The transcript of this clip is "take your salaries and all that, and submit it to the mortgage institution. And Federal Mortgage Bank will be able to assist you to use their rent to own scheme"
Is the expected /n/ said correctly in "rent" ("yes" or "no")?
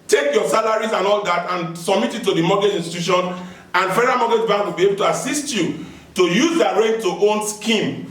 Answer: no